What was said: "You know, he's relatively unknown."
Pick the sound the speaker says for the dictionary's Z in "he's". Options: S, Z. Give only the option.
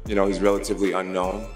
Z